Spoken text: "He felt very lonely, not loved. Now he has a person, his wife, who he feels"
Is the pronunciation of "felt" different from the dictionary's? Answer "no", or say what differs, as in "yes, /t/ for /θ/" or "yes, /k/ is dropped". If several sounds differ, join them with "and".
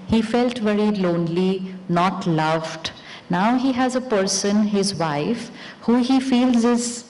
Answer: no